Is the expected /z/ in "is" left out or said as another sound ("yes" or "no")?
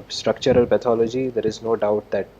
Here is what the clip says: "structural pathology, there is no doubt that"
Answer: no